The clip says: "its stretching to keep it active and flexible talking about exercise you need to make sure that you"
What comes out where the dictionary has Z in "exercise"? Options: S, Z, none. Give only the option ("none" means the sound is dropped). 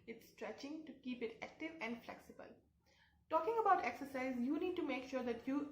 Z